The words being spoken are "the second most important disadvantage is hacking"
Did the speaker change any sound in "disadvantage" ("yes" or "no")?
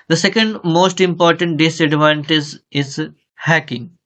yes